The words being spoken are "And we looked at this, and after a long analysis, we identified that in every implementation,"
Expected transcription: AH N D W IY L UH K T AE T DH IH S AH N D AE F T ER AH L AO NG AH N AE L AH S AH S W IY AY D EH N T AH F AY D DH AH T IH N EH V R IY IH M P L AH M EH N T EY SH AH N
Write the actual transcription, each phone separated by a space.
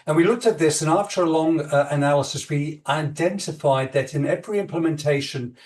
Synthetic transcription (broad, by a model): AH N W IY L UH K T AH T DH IH S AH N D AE F T ER AH L AO NG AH N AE L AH S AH S W IY AY D EH N T AH F AY D DH AH T IH N EH V R IY IH M P L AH M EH N T EY SH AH N